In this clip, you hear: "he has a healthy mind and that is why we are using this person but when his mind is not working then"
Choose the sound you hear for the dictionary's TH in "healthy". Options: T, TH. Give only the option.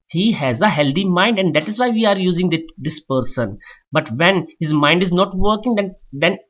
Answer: T